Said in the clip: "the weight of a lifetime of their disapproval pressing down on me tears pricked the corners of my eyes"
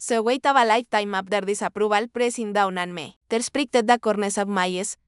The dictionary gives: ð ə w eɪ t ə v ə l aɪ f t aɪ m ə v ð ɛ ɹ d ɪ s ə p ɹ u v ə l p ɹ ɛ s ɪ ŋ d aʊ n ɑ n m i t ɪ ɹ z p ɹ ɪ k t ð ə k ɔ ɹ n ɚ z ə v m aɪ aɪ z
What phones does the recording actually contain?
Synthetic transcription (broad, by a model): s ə w eɪ t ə b ə l aɪ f t aɪ m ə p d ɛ ɹ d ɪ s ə p ɹ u b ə l p ɹ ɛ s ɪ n d aʊ n ɑ n m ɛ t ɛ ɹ s p ɹ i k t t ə k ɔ ɹ n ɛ s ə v m aɪ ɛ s